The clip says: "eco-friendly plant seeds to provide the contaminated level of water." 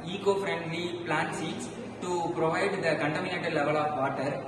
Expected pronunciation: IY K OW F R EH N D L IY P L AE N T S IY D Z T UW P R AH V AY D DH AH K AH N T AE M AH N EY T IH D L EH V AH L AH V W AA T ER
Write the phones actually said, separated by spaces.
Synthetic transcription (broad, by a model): IY K OW F R EH N D L IY P L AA N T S IY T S T UW P R AH V AY D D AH K AH N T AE M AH N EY T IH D L EH V AH L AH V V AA T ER